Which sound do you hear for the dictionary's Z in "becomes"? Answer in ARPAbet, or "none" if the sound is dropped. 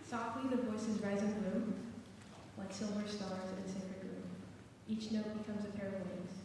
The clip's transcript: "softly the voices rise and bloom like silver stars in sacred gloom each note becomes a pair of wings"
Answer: Z